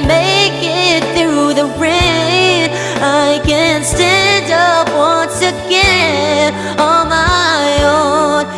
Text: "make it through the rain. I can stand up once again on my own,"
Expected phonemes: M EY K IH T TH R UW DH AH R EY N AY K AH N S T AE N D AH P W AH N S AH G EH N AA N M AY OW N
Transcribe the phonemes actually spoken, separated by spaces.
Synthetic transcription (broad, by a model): M EY K IH T TH R UW DH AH R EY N AY K AH N S T AE N D AH P W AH N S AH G EH AA L M AY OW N